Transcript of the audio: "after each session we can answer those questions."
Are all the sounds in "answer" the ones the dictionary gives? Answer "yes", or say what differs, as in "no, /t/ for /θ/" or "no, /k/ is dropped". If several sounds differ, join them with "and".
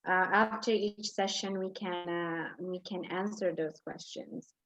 yes